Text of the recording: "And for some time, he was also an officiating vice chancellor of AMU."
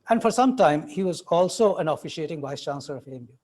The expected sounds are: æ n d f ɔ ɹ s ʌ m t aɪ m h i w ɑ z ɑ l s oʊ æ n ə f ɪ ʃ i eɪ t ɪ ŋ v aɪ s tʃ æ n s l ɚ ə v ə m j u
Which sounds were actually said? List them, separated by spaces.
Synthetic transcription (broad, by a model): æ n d f ɔ ɹ s ʌ m t aɪ m h i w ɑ z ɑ l s oʊ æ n ə f ɪ ʃ i eɪ t ɪ ŋ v aɪ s tʃ æ n s l ɚ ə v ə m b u